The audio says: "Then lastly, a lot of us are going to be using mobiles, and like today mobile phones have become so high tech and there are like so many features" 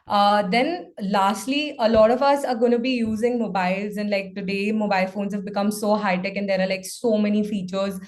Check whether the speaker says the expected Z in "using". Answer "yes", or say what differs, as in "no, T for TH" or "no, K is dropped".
yes